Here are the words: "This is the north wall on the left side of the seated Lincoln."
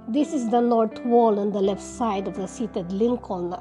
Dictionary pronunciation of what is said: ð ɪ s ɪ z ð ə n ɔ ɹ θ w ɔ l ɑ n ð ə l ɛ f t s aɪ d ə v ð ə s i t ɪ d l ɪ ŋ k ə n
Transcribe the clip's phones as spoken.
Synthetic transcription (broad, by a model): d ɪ s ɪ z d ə n ɔ ɹ t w ɔ l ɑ n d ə l ɛ f t s aɪ d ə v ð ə s i t ɪ d l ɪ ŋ k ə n